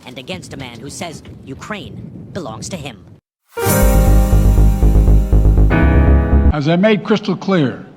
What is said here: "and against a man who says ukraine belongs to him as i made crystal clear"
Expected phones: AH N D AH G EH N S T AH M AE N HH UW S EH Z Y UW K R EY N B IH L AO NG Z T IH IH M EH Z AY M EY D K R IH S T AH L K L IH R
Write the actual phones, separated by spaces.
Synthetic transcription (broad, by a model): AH N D AH G EH N S T AH M AE N HH UW S EH Z Y UW K R EY N B IH L AO NG Z T IH IH M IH Z AY M EY D K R IH S T L K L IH R